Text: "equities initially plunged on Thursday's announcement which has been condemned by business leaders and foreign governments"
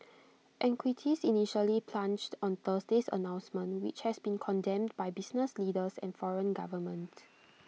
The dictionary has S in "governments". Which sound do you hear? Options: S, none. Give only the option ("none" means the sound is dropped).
none